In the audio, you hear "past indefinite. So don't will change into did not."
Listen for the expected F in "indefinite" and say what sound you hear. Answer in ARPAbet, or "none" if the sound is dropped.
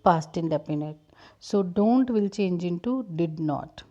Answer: P